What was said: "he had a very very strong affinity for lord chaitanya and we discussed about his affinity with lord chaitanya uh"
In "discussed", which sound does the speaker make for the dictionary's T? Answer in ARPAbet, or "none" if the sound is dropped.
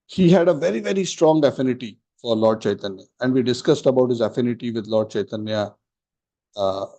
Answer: T